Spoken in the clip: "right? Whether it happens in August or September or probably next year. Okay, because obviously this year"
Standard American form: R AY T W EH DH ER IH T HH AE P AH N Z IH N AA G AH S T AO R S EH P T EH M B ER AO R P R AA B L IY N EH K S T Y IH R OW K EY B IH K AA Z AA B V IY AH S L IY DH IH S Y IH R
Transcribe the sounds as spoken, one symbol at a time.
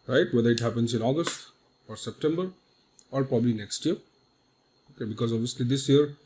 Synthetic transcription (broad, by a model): R AY T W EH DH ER IH T HH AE P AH N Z IH N AA G AH S T AO R S EH P T EH M B ER AO R P R AA B L IY N EH K S T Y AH R OW K EY B IH K AA Z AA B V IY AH S L IY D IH S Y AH R